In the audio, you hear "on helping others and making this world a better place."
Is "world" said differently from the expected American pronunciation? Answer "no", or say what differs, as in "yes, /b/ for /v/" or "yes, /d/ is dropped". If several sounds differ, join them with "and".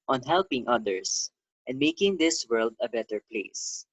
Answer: no